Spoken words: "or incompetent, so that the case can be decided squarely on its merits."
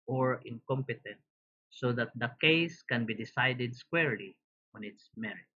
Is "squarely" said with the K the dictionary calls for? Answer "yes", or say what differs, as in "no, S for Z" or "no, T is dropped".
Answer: yes